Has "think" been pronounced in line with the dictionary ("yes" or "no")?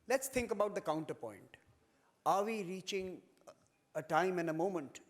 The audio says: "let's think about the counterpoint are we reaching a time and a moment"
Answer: no